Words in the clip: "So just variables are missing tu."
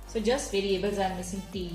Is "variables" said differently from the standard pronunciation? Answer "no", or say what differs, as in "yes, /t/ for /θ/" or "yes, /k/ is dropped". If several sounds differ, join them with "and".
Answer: no